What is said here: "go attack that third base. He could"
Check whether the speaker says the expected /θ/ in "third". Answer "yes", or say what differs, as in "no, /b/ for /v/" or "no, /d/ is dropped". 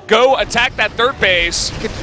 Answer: yes